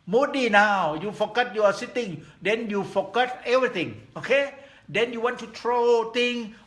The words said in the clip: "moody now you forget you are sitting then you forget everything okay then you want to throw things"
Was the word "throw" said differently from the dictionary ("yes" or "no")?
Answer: yes